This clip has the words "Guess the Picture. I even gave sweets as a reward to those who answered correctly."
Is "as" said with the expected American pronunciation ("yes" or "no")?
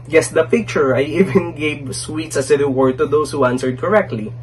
no